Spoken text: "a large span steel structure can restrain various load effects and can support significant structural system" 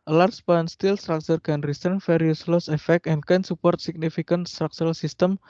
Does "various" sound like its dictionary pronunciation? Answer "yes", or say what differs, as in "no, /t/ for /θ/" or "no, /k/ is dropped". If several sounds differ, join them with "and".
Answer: no, /f/ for /v/